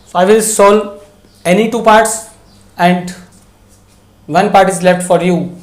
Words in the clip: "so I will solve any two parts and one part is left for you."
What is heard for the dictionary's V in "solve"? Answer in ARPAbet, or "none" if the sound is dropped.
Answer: none